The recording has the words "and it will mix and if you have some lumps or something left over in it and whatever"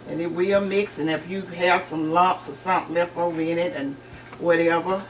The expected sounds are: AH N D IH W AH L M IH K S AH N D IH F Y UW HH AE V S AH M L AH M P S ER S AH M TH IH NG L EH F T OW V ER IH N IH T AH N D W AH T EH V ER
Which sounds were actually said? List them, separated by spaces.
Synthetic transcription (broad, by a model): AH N IH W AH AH M IH K S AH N IH F Y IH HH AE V S AH M L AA P S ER S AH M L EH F OW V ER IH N IH T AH N W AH T EH V ER